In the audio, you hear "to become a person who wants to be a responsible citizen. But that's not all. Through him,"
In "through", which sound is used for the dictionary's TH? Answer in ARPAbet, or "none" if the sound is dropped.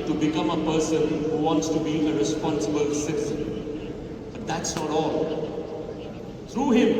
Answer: T